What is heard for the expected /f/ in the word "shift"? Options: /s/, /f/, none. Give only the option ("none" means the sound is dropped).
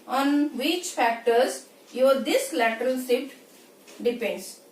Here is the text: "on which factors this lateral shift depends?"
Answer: none